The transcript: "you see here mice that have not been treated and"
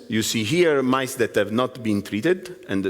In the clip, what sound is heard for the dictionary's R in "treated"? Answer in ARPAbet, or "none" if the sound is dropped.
R